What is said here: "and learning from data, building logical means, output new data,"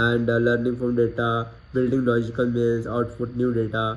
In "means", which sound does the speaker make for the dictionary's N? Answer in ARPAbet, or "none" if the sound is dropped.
L